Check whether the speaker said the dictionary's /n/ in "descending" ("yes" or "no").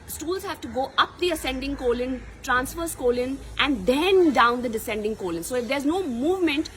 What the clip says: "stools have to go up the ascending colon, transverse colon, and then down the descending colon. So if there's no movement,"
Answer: yes